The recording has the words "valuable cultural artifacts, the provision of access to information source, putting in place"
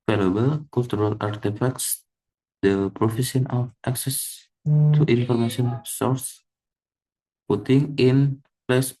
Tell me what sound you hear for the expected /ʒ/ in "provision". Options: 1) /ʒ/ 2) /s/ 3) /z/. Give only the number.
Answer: 2